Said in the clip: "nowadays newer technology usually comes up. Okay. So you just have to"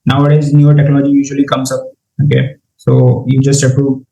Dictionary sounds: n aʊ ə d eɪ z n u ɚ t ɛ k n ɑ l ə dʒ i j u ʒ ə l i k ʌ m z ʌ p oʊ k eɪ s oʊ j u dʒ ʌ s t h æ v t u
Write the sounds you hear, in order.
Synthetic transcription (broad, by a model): n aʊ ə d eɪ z n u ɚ t ɛ k n ɑ l ə dʒ i j u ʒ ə l i k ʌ m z ʌ p oʊ k eɪ s oʊ j u dʒ ʌ s t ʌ p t u